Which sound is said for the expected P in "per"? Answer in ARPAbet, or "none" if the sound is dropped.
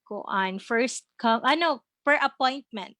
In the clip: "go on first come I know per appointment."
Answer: F